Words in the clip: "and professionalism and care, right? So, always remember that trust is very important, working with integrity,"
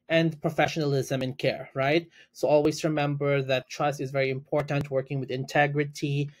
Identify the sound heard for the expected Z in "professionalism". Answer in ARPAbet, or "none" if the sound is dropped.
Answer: Z